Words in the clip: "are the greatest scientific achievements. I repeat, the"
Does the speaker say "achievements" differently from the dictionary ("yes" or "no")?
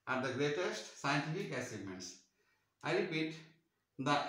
yes